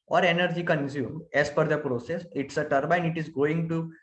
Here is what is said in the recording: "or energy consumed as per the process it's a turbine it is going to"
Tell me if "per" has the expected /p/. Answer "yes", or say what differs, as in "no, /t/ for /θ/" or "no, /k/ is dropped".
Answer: no, /f/ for /p/